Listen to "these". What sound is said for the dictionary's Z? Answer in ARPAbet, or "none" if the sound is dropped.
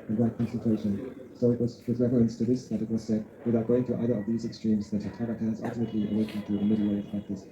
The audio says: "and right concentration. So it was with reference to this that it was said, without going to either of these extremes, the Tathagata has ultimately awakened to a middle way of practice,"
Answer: Z